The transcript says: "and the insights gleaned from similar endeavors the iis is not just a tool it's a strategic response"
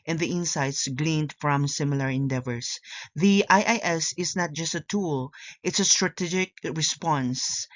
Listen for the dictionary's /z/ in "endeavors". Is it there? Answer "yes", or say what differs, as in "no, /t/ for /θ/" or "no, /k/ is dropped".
no, /s/ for /z/